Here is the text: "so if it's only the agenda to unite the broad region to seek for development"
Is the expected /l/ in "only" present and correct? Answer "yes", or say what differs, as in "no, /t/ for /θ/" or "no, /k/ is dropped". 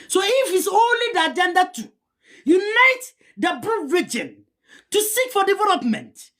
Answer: yes